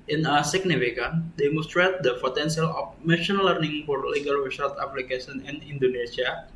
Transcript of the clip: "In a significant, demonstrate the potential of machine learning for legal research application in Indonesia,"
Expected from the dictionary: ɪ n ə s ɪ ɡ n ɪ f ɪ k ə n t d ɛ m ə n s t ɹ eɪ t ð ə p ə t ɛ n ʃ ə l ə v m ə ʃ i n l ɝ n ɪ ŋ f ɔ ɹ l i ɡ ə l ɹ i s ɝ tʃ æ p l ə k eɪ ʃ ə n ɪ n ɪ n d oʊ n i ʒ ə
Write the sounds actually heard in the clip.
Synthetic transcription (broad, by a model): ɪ n ə s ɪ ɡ n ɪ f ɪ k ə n d ɛ m ə n s t ɹ eɪ t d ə p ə t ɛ n s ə l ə f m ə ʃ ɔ n l ɝ n ɪ ŋ f ɔ ɹ l i ɡ ə l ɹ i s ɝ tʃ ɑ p l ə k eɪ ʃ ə n ɪ n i n d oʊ n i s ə